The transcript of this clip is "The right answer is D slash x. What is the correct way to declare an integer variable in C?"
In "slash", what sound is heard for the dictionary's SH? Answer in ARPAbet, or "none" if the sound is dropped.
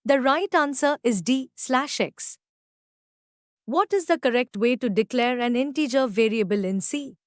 SH